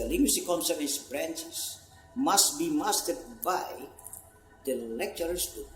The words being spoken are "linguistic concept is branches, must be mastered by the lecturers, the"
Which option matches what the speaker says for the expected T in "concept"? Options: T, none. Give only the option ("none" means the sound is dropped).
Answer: none